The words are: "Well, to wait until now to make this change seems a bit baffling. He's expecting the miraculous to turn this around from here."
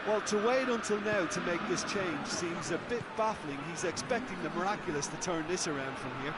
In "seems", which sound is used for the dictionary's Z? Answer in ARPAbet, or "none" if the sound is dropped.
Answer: Z